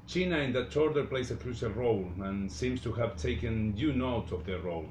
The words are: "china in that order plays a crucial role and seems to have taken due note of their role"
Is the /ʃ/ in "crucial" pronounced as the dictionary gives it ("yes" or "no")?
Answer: no